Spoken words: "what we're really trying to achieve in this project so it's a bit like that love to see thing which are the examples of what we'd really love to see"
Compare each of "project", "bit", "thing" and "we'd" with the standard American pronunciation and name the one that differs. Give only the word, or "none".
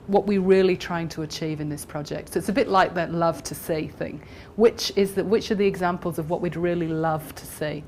none